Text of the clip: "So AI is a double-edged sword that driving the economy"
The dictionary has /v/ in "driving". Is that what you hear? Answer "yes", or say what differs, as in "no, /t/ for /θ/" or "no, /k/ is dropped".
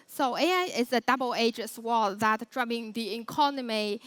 no, /b/ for /v/